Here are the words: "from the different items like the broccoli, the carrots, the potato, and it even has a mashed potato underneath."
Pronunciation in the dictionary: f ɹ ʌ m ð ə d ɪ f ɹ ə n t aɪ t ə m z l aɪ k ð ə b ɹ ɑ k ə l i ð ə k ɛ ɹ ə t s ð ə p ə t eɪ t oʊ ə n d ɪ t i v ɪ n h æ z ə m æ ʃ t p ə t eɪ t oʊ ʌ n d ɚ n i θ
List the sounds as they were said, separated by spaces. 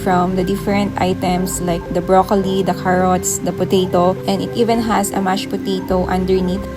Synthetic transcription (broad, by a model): f ɹ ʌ m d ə d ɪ f ɹ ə n t aɪ t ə m s l aɪ k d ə b ɹ ɑ k ə l i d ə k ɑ ɹ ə t s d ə p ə t eɪ t oʊ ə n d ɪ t i v ɪ n h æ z ə m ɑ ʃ p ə t eɪ t oʊ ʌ n d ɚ n i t